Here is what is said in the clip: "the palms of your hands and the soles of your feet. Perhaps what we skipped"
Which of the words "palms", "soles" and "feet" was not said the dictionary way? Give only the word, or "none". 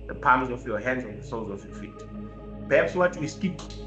none